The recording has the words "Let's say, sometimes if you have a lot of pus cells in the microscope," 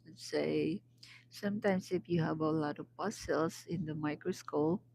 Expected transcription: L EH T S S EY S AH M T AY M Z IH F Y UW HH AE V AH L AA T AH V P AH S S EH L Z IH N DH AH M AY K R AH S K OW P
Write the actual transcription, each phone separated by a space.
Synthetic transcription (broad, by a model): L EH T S S EY S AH M T AY M S IH F Y UW HH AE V AH L AA T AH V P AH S S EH L S IH N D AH M AY K R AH S K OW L